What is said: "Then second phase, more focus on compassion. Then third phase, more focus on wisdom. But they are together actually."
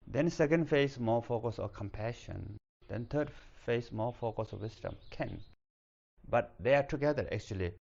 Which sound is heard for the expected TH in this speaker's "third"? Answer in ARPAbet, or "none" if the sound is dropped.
T